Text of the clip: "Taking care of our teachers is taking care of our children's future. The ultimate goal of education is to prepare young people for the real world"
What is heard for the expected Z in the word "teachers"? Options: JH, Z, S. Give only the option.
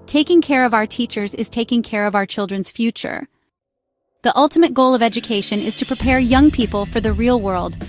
Z